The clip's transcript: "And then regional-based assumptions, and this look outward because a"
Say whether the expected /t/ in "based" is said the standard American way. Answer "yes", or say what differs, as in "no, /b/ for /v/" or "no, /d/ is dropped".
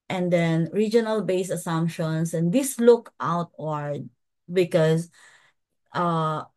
no, /t/ is dropped